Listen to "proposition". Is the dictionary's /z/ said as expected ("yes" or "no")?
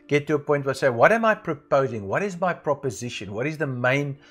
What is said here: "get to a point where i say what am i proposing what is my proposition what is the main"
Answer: yes